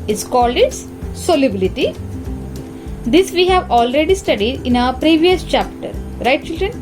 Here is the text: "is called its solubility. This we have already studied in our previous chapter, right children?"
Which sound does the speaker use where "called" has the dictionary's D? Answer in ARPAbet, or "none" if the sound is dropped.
D